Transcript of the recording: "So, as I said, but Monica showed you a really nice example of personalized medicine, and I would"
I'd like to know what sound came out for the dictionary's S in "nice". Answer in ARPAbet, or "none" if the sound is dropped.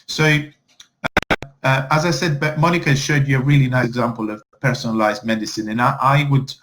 none